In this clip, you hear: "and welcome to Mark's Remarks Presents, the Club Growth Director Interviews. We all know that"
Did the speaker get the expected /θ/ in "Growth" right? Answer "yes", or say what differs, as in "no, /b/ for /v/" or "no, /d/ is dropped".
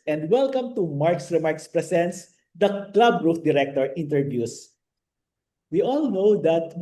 no, /f/ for /θ/